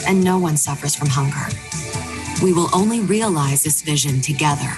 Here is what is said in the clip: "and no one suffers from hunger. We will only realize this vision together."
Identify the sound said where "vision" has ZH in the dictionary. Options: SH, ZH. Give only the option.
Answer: ZH